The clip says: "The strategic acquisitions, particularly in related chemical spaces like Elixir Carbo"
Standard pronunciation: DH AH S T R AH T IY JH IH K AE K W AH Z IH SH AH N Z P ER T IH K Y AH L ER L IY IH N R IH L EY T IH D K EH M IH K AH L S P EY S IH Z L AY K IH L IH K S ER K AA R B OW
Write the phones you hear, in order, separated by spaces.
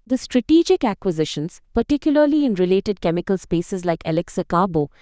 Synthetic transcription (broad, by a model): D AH S T R AH T IY JH IH K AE K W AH Z IH SH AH N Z P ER T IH K Y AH L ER L IY IH N R IH L EY T IH D K EH M IH K AH L S P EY S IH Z L AY K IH L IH K S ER K AA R B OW